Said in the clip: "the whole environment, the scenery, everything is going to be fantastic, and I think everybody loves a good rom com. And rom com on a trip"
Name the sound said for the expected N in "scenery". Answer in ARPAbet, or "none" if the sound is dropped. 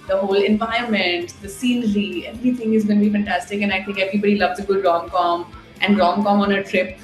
L